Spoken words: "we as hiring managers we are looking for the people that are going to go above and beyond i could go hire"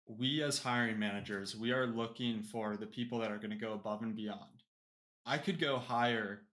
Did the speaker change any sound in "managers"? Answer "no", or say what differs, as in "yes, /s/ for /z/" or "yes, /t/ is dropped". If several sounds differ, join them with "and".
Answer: no